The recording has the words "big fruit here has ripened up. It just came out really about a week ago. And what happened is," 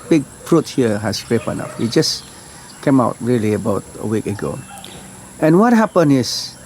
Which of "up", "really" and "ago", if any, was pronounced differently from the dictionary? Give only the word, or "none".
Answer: up